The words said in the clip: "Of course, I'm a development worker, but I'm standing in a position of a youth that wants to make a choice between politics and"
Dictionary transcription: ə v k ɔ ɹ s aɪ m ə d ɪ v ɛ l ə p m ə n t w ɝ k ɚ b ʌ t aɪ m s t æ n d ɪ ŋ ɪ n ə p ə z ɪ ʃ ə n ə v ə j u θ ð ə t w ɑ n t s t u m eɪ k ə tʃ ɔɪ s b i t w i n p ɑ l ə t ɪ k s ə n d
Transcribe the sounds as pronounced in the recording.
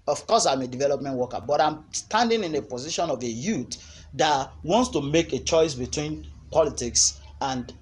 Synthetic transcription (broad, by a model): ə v k ɔ s aɪ m ə d ɪ v ɛ l ə p m ə n t w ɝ k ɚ b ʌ t aɪ m s t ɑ n d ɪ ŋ ɪ n ə p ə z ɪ ʃ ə n ə v ə j u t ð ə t w ɑ n t s t u m eɪ k ə tʃ ɔɪ s b i t w i n p ɑ l ə t ɪ k s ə n d